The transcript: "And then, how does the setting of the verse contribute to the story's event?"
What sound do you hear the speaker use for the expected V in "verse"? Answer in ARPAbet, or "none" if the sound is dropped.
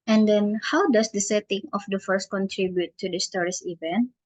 F